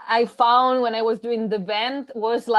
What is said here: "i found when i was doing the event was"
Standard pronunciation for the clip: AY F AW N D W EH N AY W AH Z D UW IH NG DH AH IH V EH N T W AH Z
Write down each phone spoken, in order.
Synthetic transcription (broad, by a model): AY F AW N D W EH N AY W AH Z D UW IH NG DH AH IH B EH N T W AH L